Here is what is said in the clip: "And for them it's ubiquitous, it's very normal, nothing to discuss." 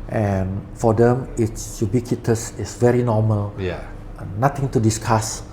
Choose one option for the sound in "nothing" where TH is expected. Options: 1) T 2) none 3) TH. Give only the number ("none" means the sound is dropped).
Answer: 1